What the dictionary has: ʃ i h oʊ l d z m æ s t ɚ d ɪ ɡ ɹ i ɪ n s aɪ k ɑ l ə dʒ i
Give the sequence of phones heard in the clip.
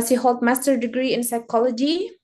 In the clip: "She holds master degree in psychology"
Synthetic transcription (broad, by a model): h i h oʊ l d m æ s t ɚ d ɪ ɡ ɹ i ɪ n s aɪ k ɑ l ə dʒ i